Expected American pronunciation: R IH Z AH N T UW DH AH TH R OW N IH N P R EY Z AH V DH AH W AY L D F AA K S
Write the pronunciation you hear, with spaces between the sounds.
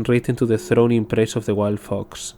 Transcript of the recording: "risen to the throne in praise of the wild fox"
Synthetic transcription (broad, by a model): R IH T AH N T UW DH AH TH R OW N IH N P R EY S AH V DH AH W AY L D F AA K S